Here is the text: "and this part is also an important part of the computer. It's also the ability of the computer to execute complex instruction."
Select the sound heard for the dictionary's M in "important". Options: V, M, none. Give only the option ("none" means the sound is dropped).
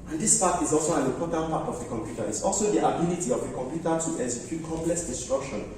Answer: none